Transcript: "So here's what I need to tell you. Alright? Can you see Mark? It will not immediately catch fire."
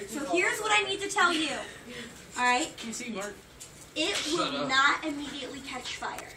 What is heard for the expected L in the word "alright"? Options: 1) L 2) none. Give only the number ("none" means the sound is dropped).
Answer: 2